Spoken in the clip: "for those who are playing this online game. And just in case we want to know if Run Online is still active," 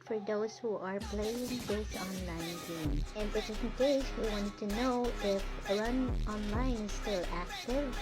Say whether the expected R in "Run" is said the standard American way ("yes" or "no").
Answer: no